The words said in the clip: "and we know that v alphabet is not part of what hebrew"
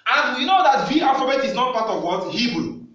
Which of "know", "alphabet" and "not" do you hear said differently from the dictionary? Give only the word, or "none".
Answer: alphabet